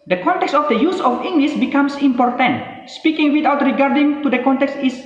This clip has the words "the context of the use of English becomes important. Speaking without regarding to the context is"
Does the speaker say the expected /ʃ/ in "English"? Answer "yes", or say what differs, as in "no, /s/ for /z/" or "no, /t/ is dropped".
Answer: no, /s/ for /ʃ/